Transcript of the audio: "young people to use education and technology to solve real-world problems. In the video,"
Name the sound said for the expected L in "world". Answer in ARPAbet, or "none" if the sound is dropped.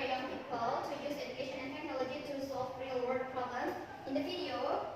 none